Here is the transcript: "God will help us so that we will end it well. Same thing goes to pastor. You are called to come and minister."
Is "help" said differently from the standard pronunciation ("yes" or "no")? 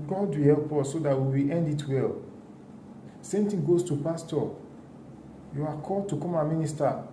no